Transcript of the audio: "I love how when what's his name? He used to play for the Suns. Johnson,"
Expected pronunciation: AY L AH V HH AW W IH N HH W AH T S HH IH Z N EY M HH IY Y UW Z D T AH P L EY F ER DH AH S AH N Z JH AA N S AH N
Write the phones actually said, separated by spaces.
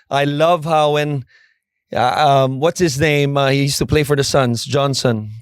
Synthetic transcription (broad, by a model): AY L AH V HH AW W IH N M W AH T S HH IH Z N EY M HH IY Y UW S T AH P L EY F ER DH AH S AH N Z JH AA N S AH N